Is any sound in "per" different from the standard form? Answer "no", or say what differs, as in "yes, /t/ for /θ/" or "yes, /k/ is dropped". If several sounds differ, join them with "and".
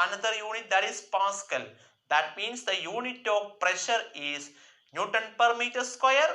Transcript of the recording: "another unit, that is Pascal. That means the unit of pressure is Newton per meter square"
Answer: no